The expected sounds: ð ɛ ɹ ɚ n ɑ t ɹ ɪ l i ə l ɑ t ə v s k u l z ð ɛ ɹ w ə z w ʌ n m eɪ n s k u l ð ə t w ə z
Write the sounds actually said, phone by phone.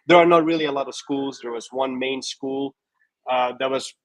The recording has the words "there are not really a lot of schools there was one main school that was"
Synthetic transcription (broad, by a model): ð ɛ ɹ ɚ n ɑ t ɹ ɪ l i ə l ɑ t ə v s k u l z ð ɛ ɹ w ə z w ʌ n m eɪ n s k u l ð ə t w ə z